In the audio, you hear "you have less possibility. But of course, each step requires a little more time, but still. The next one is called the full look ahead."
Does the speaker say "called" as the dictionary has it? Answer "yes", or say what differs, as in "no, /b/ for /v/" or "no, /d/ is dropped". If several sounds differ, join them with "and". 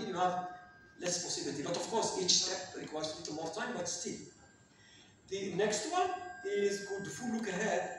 no, /l/ is dropped